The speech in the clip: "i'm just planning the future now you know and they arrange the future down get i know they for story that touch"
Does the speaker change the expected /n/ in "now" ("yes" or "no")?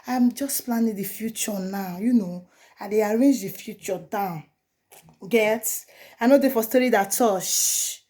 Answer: no